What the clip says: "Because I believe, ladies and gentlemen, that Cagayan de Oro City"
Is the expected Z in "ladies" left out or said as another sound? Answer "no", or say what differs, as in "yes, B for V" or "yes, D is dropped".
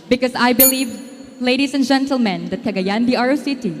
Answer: yes, S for Z